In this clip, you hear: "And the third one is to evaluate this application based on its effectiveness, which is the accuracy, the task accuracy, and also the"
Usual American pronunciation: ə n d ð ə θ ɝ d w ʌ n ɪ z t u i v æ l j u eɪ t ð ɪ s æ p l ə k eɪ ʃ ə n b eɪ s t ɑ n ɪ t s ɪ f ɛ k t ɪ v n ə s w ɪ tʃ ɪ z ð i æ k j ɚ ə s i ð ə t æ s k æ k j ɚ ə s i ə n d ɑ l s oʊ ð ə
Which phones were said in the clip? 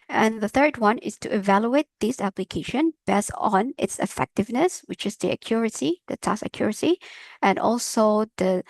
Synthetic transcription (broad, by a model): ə n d ð ə θ ɝ d w ʌ n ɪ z t u i v æ l j u eɪ t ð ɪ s æ p l ə k eɪ ʃ ə n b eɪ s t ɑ n ɪ t s ɪ f ɛ k t ɪ v n ə s w ɪ tʃ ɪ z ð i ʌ k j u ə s i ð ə t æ s ʌ k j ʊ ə s i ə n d ɑ l s oʊ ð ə